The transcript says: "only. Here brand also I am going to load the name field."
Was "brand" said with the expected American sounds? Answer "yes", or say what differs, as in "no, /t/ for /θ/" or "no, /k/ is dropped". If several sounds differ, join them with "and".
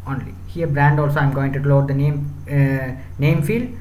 yes